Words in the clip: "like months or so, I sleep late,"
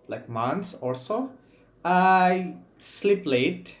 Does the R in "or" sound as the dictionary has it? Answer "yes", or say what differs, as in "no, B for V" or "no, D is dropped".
no, L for R